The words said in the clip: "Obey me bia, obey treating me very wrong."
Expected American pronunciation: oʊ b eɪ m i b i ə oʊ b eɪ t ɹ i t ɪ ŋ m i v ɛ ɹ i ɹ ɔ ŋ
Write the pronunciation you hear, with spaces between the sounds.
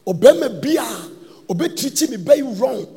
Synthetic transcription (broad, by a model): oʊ b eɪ m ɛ b i ə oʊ b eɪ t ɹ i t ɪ m i b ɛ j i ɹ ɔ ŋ